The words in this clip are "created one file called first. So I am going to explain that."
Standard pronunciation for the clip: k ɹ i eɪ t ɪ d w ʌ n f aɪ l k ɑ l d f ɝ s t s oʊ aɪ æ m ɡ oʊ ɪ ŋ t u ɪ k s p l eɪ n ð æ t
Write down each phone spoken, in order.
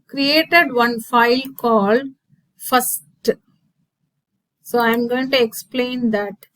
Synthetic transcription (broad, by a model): k ɹ i eɪ t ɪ d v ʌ n f aɪ l k ɑ l d f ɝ s t s oʊ aɪ m ɡ oʊ ɪ ŋ t u ɪ k s p l eɪ n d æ t